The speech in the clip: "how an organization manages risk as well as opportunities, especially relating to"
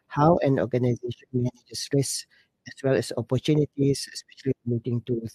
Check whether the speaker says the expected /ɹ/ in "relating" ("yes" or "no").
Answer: no